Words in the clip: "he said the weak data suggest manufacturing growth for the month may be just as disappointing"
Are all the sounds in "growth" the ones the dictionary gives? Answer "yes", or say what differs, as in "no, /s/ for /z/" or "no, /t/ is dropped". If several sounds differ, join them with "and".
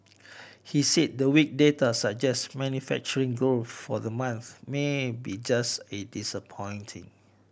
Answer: no, /ɹ/ is dropped